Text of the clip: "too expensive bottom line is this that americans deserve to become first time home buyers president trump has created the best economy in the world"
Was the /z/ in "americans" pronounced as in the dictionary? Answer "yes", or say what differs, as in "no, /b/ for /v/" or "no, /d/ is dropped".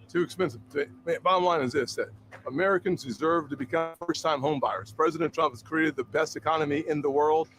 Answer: yes